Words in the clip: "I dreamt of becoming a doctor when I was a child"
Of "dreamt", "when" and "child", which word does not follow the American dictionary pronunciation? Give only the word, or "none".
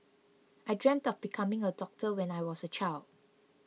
none